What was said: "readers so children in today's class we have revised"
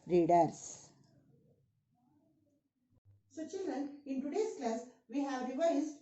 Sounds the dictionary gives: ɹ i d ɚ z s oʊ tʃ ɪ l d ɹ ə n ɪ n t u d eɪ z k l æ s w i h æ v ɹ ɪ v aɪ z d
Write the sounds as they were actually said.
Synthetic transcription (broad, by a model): ɹ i d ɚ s s oʊ tʃ ɪ l d ɹ ə n ɪ n t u d eɪ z k l æ s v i h æ v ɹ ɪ v aɪ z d